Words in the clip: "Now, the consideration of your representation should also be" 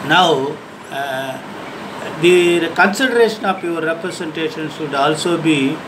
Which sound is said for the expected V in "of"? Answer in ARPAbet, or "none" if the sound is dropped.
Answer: P